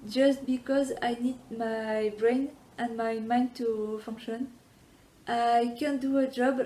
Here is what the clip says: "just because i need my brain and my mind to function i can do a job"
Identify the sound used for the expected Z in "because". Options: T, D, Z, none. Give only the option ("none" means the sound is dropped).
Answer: Z